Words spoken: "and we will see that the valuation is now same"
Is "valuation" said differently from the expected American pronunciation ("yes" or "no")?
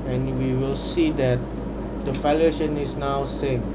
yes